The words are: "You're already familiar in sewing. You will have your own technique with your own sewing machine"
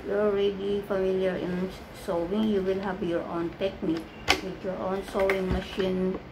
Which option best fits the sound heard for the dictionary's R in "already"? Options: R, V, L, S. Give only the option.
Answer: R